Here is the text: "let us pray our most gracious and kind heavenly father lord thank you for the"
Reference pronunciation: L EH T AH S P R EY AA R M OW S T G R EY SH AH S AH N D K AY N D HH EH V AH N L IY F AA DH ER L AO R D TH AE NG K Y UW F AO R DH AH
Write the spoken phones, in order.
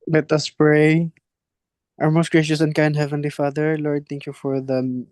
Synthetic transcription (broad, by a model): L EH T AH S P R EY AA R M OW S T G R EY SH AH S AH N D K AY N D HH EH V AH N L IY F AA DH ER L AO R D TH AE NG K Y UW F AO R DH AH